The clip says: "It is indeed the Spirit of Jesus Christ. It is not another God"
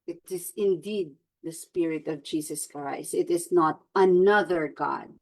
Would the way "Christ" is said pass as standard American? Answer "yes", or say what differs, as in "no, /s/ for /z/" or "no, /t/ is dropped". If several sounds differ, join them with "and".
no, /t/ is dropped